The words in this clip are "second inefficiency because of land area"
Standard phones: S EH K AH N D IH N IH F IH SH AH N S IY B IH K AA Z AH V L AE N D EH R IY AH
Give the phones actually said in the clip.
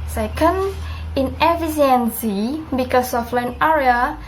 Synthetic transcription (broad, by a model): S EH K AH N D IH N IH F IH S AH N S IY B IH K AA S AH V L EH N EH R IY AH